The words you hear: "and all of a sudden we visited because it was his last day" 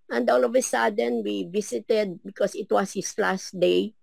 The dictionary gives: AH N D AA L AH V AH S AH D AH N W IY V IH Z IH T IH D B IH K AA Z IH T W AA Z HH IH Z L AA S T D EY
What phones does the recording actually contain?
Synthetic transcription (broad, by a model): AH N D AA L AH V AH S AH D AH N W IY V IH S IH T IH D B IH K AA S IH T W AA S HH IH S L AA S T D EY